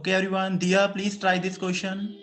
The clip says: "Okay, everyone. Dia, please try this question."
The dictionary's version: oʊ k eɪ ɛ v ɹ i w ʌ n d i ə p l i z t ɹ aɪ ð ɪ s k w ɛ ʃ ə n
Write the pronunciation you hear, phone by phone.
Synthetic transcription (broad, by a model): k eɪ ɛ ɹ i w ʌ n d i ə p l i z t ɹ aɪ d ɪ s k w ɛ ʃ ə n